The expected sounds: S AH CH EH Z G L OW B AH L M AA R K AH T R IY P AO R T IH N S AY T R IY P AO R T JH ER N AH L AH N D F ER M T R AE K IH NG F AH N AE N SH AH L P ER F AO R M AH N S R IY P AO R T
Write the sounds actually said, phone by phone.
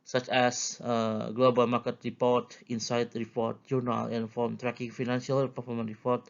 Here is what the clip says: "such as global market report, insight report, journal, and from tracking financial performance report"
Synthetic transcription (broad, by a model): S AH CH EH S G L OW B AH L M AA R K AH T R IY P AO R T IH N S AY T R IY P AO R T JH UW N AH L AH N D F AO M T R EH K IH NG F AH N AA N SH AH L P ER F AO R M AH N R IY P AO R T